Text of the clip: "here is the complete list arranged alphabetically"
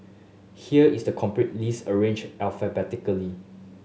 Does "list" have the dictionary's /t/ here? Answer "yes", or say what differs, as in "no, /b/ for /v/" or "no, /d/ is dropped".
no, /t/ is dropped